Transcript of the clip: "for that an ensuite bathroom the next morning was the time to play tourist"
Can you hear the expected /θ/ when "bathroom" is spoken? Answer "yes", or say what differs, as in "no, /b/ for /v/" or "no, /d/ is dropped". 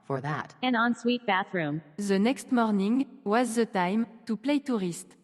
yes